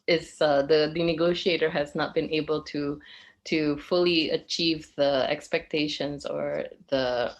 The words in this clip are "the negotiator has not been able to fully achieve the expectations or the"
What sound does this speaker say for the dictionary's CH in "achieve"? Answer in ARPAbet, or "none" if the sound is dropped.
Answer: CH